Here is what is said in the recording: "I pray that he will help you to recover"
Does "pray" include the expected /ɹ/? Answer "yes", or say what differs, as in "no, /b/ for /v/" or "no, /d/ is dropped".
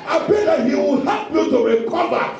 no, /ɹ/ is dropped